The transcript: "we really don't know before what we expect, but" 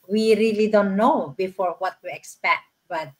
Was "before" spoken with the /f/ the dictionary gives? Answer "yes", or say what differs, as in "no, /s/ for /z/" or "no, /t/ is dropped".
yes